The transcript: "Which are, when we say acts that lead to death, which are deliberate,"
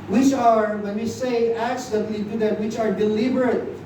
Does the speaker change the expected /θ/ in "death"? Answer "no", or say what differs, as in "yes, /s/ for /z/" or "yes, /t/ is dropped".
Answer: yes, /t/ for /θ/